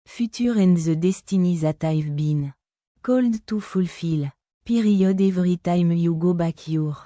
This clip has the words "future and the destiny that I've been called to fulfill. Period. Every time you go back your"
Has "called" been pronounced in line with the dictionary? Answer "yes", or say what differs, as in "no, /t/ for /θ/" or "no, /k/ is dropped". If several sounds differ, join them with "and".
yes